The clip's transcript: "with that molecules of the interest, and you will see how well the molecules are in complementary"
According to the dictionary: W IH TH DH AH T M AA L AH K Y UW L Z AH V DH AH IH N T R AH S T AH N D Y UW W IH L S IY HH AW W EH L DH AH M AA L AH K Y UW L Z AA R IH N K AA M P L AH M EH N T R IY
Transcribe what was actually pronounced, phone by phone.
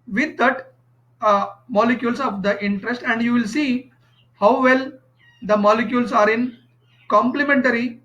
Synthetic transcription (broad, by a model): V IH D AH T M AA L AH K Y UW L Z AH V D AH IH N T R AH S T AH N D Y UW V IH L S IY HH AW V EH L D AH M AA L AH K Y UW L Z AA R IH N K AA M P L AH M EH N T R IY